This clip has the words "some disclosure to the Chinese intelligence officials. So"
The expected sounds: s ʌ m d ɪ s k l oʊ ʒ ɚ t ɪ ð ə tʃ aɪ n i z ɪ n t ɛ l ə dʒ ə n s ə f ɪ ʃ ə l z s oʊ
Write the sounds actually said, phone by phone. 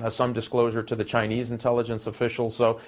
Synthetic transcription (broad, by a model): s ʌ m d ɪ s k l oʊ ʒ ɚ t ɪ ð ə tʃ aɪ n i z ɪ n t ɛ l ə dʒ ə n s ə f ɪ ʃ l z s oʊ